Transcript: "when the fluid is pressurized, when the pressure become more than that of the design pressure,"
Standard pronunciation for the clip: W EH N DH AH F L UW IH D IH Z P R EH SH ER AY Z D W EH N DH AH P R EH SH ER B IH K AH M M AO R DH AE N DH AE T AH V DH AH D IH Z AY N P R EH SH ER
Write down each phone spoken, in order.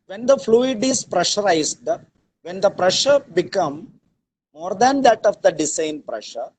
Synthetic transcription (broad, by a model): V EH N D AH F L UW IH D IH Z P R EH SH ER AY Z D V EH N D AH P R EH SH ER B IH K AH M M AO R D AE N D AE T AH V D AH D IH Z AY N P R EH SH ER